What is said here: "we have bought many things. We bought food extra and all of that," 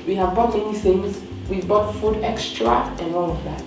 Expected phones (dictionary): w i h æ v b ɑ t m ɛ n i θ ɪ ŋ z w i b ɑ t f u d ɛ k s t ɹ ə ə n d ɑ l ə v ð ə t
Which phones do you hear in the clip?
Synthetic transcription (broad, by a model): w i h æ v b ɑ t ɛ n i s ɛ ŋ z w i b ɑ t f u d ɛ k s t ɹ ə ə n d ɑ l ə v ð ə t